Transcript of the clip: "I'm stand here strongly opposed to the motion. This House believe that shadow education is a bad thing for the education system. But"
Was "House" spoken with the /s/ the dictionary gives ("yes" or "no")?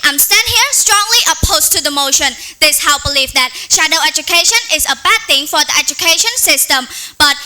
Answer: no